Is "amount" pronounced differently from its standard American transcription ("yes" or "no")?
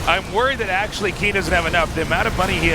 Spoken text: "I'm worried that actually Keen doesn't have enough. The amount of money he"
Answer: yes